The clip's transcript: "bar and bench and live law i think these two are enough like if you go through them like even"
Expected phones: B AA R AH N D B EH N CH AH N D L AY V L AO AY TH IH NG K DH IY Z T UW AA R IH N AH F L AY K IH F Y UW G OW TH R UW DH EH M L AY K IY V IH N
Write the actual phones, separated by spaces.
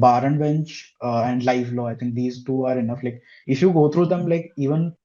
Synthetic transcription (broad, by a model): B AA R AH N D B EH N CH AH N D L AY F L AO AY T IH NG K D IY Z T UW AA R IH N AH F L AY K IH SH Y UW G OW T R UW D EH M L AY K IY V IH N